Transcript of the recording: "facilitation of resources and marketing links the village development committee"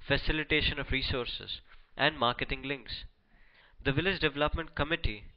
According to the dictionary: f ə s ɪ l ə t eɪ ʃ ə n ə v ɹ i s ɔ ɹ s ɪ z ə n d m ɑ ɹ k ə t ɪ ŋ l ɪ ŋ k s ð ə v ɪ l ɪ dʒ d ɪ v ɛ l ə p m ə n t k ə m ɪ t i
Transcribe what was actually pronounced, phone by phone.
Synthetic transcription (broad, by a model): f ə s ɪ l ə t eɪ ʃ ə n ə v ɹ i s ɔ ɹ s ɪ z ə n d m ɑ ɹ k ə t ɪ ŋ l ɪ ŋ k s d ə v ɪ l ɪ dʒ d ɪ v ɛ l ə p m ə n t k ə m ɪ t i